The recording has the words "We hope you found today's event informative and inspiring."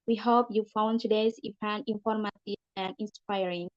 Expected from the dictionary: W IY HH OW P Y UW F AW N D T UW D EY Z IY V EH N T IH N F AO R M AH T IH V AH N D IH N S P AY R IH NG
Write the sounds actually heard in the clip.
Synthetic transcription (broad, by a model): W IY HH OW P Y UW F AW N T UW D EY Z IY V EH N IH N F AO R M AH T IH AH N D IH N S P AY R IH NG